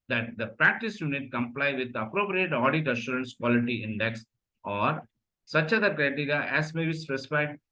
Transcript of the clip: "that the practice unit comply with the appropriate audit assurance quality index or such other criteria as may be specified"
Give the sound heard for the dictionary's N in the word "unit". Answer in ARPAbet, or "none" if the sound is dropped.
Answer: N